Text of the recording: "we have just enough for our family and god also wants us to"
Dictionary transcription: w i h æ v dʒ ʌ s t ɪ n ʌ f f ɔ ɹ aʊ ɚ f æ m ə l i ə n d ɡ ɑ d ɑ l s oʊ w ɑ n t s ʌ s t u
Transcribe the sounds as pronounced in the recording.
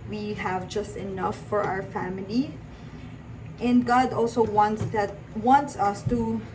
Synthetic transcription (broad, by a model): w i h æ v dʒ ʌ s t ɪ n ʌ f f ɔ ɹ aʊ ɚ f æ m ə l i ə n d ɡ ɑ d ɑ l s oʊ w ɑ n t s ʌ s t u